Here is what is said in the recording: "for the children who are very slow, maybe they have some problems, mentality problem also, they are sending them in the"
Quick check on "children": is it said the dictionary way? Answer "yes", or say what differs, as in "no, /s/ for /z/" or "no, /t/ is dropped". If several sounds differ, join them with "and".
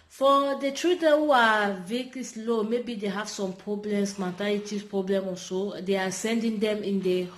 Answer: no, /l/ is dropped and /ɹ/ is dropped